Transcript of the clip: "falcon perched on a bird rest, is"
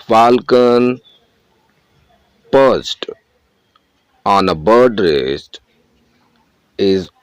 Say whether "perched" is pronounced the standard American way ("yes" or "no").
no